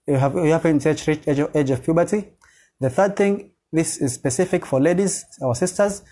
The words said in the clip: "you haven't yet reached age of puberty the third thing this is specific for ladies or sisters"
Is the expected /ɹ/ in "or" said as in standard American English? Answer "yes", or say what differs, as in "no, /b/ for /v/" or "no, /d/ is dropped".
no, /w/ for /ɹ/